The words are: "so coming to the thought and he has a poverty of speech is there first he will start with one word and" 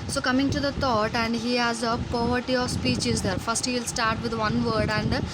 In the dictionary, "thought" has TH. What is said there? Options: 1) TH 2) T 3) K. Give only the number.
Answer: 2